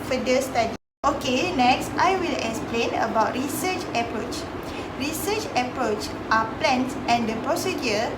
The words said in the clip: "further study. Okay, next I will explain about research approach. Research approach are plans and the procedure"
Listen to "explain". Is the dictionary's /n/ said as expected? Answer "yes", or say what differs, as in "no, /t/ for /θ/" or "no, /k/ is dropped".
yes